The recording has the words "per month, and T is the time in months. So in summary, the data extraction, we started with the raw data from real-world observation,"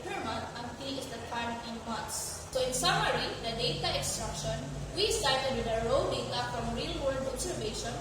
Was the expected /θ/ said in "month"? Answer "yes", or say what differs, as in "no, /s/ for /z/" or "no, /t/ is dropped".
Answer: no, /t/ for /θ/